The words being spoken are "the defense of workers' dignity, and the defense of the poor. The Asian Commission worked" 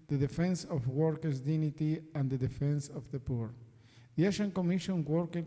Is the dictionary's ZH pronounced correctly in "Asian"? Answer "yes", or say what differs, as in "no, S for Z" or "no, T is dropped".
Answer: no, SH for ZH